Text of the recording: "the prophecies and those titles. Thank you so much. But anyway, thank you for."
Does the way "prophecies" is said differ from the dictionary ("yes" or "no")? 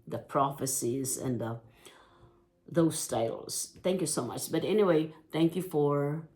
no